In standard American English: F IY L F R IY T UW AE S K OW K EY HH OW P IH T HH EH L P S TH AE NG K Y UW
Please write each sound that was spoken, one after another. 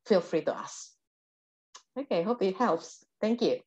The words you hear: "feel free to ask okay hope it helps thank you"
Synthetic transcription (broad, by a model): F IY L F R IY T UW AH S OW K EY HH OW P IH T HH EH L P S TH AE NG K Y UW